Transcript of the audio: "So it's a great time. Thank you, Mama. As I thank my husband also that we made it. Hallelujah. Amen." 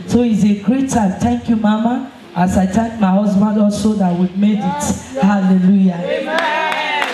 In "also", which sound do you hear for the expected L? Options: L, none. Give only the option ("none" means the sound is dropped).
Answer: L